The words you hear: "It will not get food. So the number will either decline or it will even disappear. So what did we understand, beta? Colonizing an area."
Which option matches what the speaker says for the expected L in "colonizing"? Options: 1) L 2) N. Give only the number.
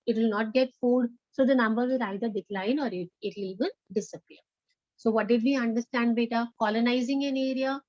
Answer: 1